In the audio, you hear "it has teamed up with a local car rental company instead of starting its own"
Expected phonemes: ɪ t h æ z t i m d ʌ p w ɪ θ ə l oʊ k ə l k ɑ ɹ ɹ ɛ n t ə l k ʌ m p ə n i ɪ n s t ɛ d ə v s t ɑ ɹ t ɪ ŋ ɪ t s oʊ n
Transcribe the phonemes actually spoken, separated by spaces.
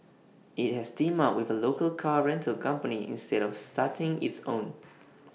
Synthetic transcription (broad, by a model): ɪ t h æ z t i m ɑ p w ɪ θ ə l oʊ k ə l k ɑ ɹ ɹ ɛ n t ə l k ʌ m p ə n i ɪ n s t ɛ d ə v s t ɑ t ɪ ŋ ɪ t s oʊ n